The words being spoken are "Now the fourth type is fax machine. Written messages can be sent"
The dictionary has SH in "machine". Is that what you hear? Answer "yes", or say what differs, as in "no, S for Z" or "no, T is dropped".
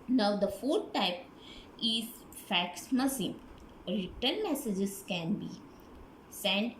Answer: no, S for SH